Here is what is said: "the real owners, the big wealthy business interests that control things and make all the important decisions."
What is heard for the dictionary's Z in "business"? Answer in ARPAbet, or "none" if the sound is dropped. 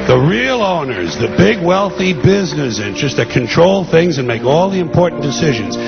Z